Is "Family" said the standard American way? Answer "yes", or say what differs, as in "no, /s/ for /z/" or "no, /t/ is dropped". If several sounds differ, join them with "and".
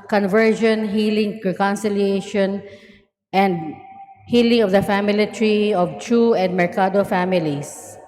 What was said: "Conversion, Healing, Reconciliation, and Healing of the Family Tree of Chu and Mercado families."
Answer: yes